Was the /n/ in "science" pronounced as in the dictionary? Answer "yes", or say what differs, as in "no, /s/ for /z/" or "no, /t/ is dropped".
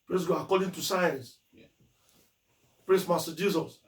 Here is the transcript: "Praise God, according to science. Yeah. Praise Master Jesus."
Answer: yes